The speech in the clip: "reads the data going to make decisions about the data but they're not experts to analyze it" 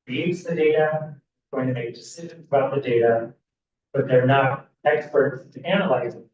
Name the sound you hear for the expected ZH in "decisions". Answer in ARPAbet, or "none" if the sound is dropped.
ZH